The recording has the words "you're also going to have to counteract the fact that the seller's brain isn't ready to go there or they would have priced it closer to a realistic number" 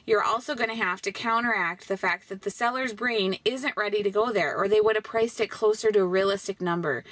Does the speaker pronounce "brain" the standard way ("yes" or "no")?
yes